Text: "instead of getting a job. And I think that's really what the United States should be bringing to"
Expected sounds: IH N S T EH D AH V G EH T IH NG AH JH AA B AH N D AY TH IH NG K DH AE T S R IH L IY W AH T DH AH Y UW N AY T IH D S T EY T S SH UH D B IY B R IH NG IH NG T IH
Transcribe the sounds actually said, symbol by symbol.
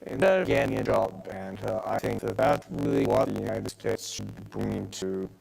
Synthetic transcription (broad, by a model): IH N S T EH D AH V G EH T IH NG AH JH AA B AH N AY TH IH NG K DH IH T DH R IH L IY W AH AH Y UW N AY T IH D S T EY T S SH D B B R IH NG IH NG T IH